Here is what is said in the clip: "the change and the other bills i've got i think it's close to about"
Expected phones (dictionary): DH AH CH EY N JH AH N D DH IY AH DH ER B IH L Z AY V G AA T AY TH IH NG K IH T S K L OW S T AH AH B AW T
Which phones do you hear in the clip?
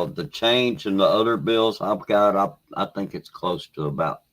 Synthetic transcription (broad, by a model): DH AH CH EY N JH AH N DH IY AH DH ER B IH L Z AY V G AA T AY TH IH NG K IH T S K L OW S T AH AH B AW T